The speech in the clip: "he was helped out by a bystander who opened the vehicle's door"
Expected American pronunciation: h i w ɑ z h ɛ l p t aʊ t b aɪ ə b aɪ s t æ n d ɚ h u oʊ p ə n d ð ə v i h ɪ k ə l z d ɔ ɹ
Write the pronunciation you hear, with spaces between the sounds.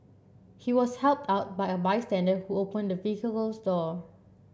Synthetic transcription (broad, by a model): h i w ɑ s h ɛ l p t aʊ t b aɪ ə b aɪ s t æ n d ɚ h u oʊ p ə n d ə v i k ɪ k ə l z d ɔ